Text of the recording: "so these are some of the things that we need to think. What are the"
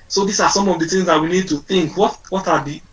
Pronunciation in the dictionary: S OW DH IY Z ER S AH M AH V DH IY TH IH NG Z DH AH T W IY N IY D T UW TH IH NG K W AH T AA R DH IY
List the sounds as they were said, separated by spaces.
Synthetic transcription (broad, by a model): S OW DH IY S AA S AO M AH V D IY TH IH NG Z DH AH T W IY N IY D T UW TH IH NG K W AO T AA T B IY